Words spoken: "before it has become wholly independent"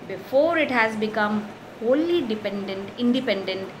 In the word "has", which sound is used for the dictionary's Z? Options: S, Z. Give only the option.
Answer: Z